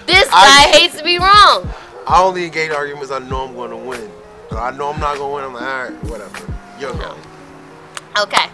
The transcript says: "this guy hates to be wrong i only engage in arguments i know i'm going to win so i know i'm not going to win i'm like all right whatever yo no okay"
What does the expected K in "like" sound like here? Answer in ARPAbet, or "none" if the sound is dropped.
none